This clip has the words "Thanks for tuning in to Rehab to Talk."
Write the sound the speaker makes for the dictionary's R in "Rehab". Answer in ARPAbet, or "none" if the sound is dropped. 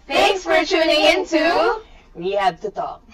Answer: W